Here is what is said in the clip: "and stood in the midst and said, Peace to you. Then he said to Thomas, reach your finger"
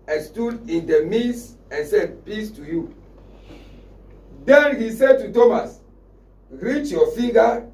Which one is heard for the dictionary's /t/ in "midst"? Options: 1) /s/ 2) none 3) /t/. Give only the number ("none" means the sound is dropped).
2